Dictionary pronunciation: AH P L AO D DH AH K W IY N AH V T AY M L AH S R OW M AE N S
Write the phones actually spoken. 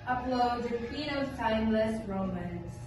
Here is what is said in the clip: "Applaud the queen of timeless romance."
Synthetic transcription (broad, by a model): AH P L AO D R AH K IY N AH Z T AY M L AH S R OW M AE N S